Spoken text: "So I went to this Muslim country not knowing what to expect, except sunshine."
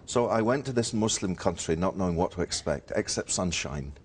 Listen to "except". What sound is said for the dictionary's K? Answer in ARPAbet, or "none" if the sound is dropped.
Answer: K